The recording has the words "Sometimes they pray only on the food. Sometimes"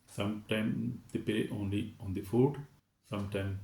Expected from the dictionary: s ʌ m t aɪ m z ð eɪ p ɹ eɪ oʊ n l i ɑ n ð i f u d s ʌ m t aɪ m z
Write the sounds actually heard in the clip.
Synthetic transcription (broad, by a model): s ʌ m t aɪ m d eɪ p eɪ oʊ n l i ɑ n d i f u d s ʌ m t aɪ m